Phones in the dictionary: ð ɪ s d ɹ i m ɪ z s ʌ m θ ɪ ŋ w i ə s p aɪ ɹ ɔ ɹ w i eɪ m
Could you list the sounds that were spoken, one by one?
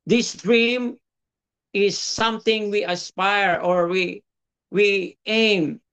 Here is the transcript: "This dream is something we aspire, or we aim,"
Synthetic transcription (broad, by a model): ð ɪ s d ɹ i m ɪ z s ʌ m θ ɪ ŋ w i ə s p aɪ ɹ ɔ ɹ w i eɪ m